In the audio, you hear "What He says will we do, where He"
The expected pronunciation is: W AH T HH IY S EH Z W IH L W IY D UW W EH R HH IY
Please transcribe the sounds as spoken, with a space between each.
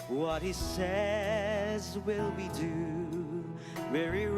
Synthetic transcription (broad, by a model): W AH T HH IY S EH Z W IH L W IY D UW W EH R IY